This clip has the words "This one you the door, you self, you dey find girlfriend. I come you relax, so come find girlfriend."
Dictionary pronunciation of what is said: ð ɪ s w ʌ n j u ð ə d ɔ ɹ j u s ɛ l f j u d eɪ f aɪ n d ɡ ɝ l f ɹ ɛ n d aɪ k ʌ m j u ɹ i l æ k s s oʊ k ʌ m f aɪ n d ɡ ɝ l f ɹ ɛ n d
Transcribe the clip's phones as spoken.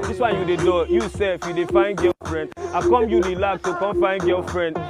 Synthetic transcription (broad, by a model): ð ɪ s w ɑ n j u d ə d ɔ j u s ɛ f j u d eɪ f aɪ n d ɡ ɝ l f ɹ ɛ n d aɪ k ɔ m j u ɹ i l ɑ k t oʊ k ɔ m f aɪ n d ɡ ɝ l f ɹ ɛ n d